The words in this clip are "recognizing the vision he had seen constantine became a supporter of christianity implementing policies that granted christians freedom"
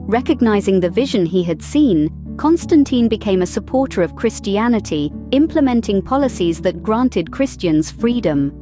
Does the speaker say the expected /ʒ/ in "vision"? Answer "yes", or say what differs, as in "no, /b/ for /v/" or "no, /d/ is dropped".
yes